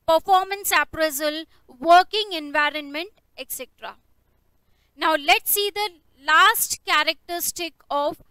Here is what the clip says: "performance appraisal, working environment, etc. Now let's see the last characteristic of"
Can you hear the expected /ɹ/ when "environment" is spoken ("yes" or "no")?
yes